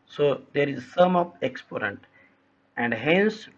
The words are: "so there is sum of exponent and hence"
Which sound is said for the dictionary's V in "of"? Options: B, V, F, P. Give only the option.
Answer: P